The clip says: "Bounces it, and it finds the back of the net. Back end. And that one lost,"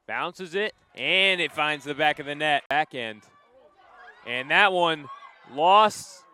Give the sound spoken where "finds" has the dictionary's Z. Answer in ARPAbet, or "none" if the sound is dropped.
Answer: Z